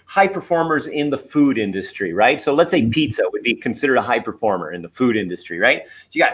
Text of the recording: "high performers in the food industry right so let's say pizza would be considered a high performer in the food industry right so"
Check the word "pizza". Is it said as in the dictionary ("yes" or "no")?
yes